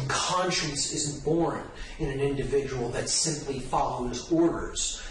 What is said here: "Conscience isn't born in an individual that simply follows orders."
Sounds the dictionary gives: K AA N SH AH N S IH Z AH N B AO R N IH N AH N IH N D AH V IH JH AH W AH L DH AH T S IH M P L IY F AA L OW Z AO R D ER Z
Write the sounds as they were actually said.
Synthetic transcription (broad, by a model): K AA N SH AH N S IH Z N B AO R N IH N AH N IH N D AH V IH JH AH W L DH AH T S IH M P L IY F AA L OW Z AO R D ER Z